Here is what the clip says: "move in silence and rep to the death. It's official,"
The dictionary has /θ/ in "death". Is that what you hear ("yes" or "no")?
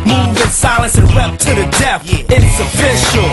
no